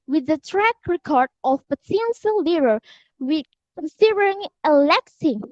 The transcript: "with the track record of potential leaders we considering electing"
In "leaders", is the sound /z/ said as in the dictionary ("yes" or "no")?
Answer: no